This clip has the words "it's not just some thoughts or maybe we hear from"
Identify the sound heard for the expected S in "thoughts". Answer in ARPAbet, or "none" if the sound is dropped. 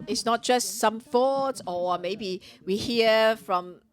none